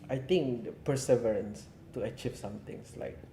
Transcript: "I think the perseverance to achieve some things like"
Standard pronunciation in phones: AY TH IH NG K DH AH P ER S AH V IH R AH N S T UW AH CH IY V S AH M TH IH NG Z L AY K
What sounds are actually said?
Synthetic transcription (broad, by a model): AY T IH NG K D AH P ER S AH V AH R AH N S T UW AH CH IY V S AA M T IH NG S L AY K